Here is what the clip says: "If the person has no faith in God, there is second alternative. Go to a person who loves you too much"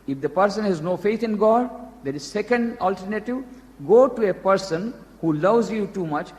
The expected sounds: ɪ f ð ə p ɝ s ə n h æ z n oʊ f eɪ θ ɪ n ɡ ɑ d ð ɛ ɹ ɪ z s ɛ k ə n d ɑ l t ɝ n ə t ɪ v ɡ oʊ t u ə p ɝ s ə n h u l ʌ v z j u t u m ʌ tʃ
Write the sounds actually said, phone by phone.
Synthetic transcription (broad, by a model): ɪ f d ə p ɝ s ə n h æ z n oʊ f eɪ t ɪ n ɡ ɑ d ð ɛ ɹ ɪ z s ɛ k ə n d ɑ l t ɝ n ə t ɪ v ɡ oʊ t u ə p ɝ s ə n h u l ʌ v z j u t u m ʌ tʃ